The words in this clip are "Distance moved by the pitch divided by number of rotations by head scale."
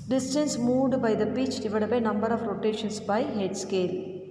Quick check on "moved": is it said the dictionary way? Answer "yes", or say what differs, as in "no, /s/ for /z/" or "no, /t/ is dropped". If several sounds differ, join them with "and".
no, /v/ is dropped